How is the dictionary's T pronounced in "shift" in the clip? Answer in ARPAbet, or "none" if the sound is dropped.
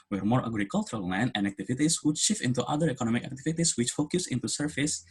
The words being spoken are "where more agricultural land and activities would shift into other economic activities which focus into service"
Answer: none